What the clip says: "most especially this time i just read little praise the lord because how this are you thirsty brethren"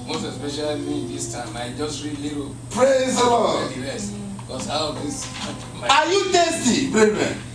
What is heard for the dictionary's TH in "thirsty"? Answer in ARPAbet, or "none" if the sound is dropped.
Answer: T